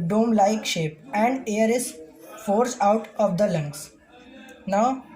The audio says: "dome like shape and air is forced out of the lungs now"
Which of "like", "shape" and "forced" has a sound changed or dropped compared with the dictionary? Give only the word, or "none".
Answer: forced